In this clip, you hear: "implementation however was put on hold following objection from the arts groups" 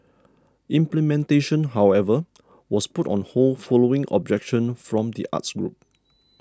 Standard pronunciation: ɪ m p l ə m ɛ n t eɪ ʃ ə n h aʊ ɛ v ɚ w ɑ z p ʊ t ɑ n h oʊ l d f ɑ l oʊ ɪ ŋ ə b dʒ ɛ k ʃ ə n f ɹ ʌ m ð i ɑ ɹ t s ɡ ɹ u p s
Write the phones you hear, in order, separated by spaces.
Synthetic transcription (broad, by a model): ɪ m p l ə m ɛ n t eɪ ʃ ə n h aʊ ɛ v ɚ w ɑ s p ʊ t ɑ n h oʊ l f ɑ l oʊ ɪ ŋ ə b dʒ ɛ k ʃ ə n f ɹ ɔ m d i ɑ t s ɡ ɹ u p